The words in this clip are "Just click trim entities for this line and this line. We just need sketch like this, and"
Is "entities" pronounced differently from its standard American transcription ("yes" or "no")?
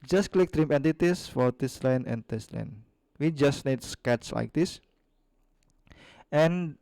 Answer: yes